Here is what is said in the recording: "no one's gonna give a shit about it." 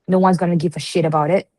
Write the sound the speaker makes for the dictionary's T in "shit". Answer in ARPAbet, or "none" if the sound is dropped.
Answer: T